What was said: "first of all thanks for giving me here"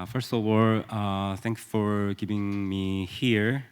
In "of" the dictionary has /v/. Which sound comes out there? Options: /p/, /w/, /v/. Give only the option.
/w/